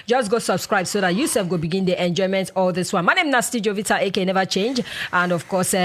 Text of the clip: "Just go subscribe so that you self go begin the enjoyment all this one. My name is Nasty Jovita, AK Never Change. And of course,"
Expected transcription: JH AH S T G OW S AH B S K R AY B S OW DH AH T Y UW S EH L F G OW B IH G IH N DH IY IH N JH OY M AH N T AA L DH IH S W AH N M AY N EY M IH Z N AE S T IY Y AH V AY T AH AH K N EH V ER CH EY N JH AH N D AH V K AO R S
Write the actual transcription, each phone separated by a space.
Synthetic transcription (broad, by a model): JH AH S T G OW S AH B S K R AY B S OW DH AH T Y UW S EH F G OW B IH G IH N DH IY IH N JH OY M AH N T AA L DH IH S W AH N M AY N EY M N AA S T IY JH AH V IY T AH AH K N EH V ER CH EY N JH AH N D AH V K AO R S